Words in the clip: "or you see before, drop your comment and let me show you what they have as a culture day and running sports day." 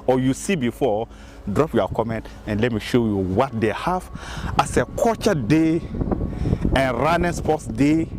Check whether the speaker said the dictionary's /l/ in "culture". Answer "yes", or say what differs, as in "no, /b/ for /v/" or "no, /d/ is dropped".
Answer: no, /l/ is dropped